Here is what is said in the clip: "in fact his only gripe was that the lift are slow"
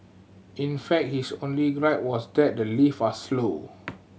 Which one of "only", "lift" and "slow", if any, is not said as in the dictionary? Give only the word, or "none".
lift